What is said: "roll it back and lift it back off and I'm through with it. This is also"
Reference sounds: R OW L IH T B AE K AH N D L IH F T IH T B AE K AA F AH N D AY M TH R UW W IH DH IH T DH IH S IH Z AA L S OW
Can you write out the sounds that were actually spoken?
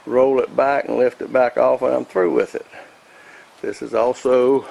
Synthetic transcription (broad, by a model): R OW L IH T B AE K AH N L IH F T IH T B AE K AA F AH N AY M TH R UW W IH DH IH T DH IH S IH Z AA L S OW